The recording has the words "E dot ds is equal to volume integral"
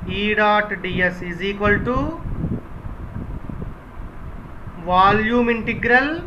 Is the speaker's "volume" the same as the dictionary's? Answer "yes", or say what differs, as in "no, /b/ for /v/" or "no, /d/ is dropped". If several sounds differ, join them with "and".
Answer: yes